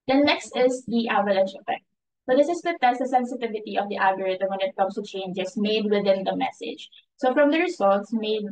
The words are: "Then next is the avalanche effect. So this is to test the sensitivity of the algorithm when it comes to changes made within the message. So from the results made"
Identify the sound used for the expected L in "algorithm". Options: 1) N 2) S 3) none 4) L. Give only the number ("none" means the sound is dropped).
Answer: 3